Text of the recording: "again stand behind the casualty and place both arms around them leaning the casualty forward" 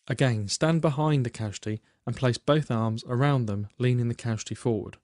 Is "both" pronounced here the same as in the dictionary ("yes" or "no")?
yes